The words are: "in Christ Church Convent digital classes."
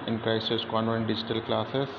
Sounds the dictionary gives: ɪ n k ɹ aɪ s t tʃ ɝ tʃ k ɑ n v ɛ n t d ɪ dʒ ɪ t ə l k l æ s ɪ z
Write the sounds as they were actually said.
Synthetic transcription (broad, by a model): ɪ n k ɹ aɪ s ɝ s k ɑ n ɛ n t d ɪ dʒ ɪ t ə l k l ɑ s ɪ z